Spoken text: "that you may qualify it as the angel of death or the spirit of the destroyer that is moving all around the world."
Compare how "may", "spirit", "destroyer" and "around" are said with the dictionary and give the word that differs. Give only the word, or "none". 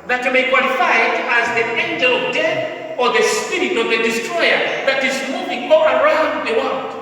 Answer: none